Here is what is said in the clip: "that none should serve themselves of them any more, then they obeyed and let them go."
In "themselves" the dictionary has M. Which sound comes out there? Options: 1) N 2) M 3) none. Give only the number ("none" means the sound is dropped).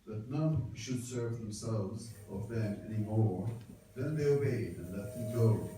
2